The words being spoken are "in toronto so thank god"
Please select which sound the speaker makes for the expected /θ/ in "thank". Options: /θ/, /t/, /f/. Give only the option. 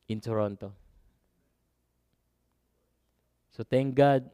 /t/